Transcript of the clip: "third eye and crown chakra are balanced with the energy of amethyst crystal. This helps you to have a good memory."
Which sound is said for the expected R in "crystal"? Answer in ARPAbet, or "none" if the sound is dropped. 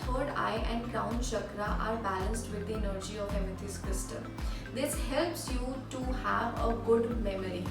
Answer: none